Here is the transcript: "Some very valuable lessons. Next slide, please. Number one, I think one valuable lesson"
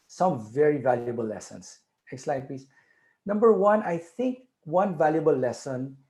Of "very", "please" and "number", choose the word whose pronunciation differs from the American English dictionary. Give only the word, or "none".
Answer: please